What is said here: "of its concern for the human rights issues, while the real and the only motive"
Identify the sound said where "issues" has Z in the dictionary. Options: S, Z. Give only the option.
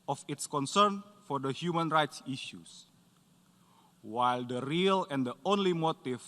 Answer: S